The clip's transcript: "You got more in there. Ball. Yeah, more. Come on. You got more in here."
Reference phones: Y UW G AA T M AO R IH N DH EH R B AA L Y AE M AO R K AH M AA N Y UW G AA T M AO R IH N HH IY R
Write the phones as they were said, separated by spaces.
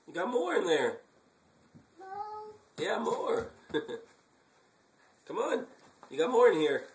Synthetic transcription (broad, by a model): Y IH G AA T M AO R IH N DH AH R Y AE M AO R K AH M AA N Y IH G AA T M AO R IH N HH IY R